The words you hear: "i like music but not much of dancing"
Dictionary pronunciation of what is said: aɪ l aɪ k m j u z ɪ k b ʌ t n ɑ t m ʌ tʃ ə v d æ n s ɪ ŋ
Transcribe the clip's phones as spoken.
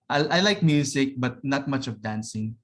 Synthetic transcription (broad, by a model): aɪ l aɪ k m j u s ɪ k b ʌ t n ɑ t m ʌ tʃ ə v d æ n s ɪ ŋ